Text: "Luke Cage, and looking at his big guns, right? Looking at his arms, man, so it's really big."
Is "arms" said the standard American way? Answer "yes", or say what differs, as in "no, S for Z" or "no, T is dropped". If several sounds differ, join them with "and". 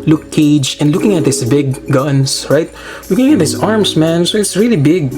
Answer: no, S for Z